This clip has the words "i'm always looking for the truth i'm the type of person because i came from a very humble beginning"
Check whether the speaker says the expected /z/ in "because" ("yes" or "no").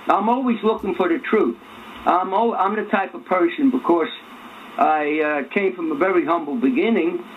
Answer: no